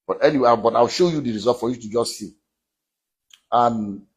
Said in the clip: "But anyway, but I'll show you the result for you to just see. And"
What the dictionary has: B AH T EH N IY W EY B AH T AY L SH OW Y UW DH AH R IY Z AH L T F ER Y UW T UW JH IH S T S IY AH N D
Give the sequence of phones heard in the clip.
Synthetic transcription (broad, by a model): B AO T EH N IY W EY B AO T AY W SH OW Y UW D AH R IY Z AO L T F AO Y UW T UW JH IH S T S IY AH N